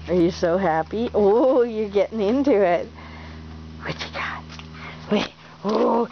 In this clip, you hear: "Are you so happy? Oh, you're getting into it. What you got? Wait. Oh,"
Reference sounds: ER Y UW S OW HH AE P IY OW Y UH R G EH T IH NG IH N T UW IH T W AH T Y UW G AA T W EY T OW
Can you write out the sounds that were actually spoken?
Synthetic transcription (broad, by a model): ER Y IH S OW HH AE P IY OW Y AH R G EH T IH NG IH N T UW IH T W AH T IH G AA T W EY OW